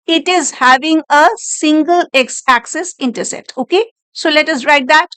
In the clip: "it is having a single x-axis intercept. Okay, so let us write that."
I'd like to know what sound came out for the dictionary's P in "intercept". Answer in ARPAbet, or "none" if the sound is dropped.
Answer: none